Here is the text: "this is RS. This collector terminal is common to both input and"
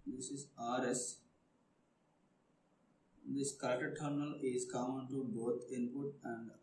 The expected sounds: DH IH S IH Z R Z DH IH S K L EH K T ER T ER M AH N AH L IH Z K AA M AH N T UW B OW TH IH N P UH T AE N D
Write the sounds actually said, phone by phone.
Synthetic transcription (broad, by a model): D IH S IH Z R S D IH S K EH T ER T ER M AH N AH L IH Z K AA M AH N T UW B OW T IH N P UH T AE N D